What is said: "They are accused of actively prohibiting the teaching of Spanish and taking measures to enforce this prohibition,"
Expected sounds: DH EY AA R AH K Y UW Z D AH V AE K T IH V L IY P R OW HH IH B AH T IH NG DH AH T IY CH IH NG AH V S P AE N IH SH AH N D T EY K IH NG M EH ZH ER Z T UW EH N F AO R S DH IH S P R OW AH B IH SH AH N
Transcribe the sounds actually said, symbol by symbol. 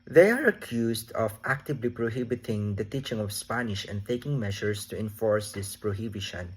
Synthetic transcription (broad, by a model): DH EY AA R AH K Y UW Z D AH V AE K T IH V L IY P R OW HH IH B AH T IH NG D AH T IY CH IH NG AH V S P AE N IH SH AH N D T EY K IH NG M EH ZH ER S T UW EH N F AO R S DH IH S P R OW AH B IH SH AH N